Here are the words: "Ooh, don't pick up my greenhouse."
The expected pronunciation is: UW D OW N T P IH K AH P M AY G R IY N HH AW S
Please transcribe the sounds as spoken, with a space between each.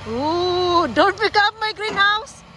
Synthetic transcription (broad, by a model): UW D OW N T B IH K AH M AY G R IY N HH AW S